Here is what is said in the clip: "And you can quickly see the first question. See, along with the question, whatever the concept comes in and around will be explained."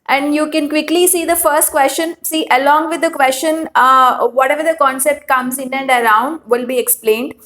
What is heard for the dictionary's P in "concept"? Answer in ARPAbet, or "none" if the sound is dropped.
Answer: P